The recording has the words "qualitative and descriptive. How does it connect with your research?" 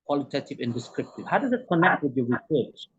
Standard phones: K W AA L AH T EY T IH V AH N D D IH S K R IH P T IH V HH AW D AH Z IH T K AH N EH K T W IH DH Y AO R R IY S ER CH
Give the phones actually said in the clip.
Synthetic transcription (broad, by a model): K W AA L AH T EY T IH V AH N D D IH S K R IH P T IH V HH AW D AH Z IH T K AH N EH K T W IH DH Y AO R R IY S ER CH